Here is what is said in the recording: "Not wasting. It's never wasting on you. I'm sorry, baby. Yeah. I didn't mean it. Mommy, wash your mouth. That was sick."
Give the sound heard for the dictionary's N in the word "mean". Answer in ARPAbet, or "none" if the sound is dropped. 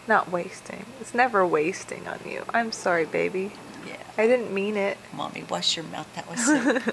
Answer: N